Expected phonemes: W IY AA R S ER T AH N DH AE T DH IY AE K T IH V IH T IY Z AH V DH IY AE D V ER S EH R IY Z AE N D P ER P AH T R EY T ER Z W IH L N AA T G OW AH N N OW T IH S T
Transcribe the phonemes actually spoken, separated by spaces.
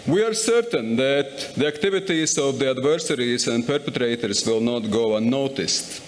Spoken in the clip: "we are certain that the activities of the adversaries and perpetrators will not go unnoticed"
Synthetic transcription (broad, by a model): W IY AA R S ER T AH N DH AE T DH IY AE K T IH V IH T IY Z AH V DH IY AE D V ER S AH R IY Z AE N D P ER P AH T R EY T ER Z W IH L N AA T G OW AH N N OW T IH S T